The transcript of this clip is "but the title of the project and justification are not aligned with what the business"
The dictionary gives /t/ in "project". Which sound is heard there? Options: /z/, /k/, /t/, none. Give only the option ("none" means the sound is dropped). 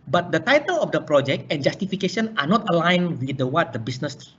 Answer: /t/